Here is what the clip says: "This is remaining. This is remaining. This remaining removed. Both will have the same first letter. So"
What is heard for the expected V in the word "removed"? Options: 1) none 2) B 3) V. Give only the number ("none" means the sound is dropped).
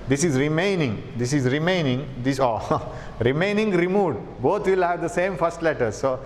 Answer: 1